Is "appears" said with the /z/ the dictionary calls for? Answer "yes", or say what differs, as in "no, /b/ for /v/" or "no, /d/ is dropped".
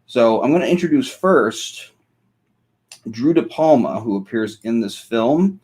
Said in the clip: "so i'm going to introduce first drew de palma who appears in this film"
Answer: yes